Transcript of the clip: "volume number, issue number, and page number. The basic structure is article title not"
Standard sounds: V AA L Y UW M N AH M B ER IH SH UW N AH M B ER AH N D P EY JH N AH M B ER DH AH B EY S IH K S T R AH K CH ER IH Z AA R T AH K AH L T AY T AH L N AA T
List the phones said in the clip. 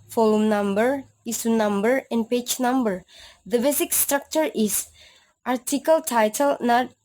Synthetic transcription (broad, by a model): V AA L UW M N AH M B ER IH S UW N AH M B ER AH N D P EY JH N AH M B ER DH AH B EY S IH K S T R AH K CH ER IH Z AA R T AH K AH L T AY T AH L N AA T